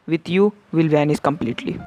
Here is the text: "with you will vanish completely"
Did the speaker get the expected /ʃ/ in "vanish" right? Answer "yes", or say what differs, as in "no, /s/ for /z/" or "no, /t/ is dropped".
no, /s/ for /ʃ/